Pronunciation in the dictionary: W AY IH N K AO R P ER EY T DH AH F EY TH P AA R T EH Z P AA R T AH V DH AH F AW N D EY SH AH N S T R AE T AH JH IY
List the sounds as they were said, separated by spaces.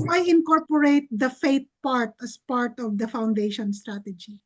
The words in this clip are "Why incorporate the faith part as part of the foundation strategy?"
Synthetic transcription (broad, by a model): AY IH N K AO R P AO EY T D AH F EY T P AA R T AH S P AA R T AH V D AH F AW N D EY SH AH N S T R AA T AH JH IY